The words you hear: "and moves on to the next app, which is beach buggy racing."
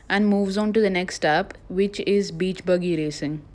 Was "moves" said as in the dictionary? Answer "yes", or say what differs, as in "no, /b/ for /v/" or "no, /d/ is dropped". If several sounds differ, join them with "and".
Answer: yes